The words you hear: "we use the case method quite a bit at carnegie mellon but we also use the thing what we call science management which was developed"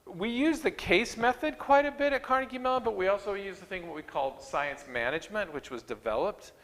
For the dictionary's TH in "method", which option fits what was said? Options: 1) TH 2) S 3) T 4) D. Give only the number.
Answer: 1